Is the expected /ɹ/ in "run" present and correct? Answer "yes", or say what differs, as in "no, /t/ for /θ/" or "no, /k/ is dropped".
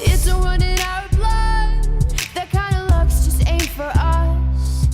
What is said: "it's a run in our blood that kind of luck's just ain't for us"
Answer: no, /w/ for /ɹ/